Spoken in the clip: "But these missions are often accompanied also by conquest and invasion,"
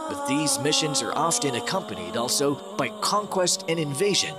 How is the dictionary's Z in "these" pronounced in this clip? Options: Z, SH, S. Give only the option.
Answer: Z